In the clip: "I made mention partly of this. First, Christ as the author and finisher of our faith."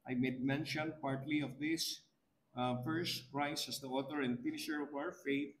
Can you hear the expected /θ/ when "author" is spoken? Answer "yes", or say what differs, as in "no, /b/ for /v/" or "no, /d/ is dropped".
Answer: no, /t/ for /θ/